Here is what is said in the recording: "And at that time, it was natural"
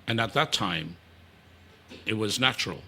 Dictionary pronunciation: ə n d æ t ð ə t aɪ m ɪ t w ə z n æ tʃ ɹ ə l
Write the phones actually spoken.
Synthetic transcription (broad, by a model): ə n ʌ t ð ə t aɪ m ɪ t w ə z n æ tʃ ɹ l